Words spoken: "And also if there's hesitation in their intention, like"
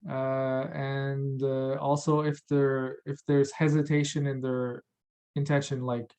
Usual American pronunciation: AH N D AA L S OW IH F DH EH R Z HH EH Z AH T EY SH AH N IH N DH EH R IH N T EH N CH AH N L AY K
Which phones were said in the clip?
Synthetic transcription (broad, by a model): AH N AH AA L S OW IH F DH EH R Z HH EH Z AH T EY SH AH N IH N DH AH R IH N T EH N SH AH N L AY K